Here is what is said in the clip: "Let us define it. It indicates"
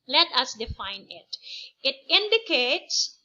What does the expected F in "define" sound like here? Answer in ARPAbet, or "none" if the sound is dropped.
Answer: F